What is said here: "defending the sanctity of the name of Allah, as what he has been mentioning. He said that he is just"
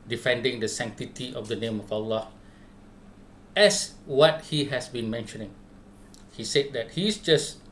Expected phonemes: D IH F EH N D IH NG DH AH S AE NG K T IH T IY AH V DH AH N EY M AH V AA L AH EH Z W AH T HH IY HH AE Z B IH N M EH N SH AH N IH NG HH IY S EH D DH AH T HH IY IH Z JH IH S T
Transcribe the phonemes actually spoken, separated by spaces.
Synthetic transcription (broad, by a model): D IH F EH N D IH NG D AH S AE NG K T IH T IY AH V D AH N EY M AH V AA L AH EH S W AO T HH IY HH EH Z B IH N M EH N SH AH N IH NG HH IY S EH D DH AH T HH IY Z JH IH S